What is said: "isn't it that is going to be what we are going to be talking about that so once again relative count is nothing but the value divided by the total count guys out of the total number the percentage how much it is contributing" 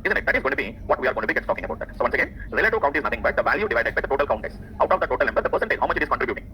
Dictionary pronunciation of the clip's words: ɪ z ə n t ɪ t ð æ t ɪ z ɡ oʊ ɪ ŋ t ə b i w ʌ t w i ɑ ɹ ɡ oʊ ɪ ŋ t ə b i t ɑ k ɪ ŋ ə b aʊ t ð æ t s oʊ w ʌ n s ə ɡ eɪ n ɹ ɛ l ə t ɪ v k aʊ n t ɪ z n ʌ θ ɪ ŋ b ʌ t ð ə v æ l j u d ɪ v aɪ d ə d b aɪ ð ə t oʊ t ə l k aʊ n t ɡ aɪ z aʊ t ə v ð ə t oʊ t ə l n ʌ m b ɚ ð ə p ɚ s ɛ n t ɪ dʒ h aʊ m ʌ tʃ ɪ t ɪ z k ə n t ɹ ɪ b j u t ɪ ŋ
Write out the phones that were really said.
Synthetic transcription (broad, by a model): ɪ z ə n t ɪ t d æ t ɪ z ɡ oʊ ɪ t ə b i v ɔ t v i ɑ ɹ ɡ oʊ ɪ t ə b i t ɑ k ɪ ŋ ə b aʊ t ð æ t s oʊ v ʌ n s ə ɡ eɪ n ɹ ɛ l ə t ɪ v k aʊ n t ɪ z n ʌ t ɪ ŋ b ʌ t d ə v æ l j u d ɪ v aɪ d ə d b aɪ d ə t oʊ t ə l k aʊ n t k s aʊ t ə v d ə t oʊ t ə l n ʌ m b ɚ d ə p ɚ s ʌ n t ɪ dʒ h aʊ m ʌ tʃ ɪ t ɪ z k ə n t ɹ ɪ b j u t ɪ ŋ